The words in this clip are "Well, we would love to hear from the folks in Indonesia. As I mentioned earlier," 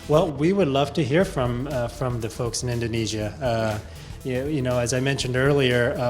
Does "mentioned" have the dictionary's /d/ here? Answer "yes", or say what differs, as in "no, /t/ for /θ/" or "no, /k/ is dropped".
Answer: yes